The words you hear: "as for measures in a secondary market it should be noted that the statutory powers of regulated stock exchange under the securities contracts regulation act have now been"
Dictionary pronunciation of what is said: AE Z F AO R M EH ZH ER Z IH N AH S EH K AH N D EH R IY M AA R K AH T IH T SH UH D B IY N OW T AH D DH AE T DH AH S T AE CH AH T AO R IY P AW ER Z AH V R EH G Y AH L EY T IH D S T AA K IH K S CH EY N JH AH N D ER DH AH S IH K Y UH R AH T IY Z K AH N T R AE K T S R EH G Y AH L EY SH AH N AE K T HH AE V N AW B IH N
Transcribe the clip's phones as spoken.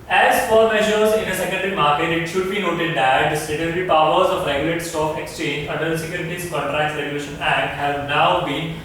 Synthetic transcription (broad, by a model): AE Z F AO R M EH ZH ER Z IH N AH S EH K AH N D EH R IY M AA R K AH T IH T SH UH D B IY N OW T AH D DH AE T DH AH S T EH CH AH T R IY P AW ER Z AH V R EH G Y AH L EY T S T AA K IH K S CH EY N JH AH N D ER S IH K Y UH R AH T IY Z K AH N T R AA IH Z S R EH G Y AH L EY SH AH N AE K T HH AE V N AW B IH N